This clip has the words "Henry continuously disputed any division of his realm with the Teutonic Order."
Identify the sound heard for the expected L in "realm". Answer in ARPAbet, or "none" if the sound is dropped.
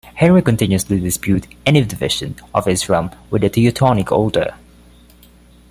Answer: none